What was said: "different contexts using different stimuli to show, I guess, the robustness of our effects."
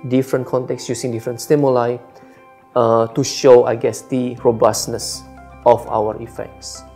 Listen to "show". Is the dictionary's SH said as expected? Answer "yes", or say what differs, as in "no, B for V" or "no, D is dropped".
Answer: yes